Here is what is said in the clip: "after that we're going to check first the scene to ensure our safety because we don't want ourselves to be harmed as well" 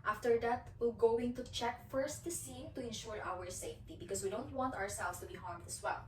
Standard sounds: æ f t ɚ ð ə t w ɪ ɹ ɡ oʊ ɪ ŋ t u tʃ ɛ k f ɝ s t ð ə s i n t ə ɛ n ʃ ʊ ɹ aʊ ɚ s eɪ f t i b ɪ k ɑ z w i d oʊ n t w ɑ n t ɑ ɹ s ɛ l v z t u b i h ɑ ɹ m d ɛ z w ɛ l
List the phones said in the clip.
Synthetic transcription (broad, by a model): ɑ f t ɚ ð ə t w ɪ l ɡ oʊ ɪ ŋ t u tʃ ɛ k f ɝ s t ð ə s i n t ə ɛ n ʃ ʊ ɹ aʊ ɚ s eɪ f t i b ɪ k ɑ s w i d oʊ n t w ɑ n t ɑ ɹ s ɛ l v s t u b i h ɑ ɹ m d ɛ s w ɛ l